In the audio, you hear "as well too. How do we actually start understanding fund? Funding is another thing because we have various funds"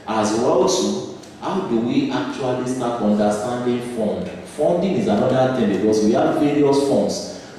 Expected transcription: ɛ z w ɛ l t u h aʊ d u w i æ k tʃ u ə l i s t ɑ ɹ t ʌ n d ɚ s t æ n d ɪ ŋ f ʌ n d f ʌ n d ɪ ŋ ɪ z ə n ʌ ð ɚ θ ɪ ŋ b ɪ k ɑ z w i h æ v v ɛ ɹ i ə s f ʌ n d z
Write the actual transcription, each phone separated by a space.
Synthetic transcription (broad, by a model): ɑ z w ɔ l s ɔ h aʊ d u w i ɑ k tʃ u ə l i s t ɑ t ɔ n d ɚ s t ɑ n d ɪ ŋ f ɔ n d f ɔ n d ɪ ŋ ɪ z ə n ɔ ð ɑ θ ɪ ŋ b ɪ k ɑ s w i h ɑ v v ɛ ɹ i ə s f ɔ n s